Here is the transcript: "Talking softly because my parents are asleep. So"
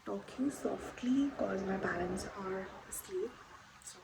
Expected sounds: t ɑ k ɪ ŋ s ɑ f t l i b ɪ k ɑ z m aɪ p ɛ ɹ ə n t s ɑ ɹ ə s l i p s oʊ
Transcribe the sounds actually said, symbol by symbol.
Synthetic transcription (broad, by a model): t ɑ k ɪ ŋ s ɑ f t l i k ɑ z m aɪ b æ l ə n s ɑ ɹ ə s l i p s